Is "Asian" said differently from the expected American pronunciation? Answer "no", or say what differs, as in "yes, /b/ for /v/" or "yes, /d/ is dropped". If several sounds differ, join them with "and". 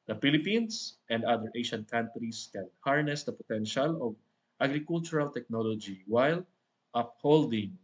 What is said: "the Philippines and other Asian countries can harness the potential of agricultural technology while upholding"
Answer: yes, /ʃ/ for /ʒ/